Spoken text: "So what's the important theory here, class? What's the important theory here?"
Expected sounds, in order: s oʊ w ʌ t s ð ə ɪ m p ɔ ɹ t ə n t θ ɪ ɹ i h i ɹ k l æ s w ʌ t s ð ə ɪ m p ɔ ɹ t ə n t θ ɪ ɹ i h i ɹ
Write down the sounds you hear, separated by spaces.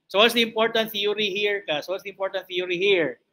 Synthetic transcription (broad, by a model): s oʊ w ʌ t s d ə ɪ m p ɔ ɹ t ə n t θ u ɹ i h i ɹ k ɑ s w ʌ t s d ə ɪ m p ɔ ɹ t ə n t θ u ɹ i h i ɹ